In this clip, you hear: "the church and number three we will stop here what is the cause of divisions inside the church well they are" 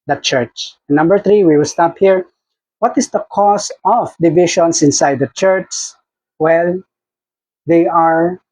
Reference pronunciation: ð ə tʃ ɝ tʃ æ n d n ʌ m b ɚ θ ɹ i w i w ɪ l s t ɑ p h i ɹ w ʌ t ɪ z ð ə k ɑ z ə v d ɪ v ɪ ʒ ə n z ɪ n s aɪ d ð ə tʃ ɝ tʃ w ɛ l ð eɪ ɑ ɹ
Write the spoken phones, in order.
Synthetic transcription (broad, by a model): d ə tʃ ɝ tʃ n n ʌ m b ɚ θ ɹ i w i w ɪ l s t ɑ p h i ɹ w ʌ t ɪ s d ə k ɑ s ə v d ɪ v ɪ ʃ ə n s ɪ n s aɪ d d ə tʃ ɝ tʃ w ɛ l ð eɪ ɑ ɹ